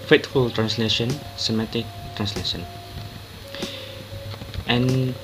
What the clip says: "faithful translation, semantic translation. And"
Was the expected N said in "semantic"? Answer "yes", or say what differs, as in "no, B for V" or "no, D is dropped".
no, N is dropped